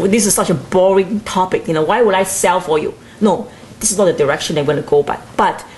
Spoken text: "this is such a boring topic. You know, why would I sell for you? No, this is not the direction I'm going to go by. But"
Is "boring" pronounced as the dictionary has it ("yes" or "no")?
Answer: yes